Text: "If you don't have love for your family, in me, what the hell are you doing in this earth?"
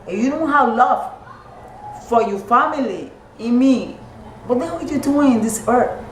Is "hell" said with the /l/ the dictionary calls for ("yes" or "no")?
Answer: no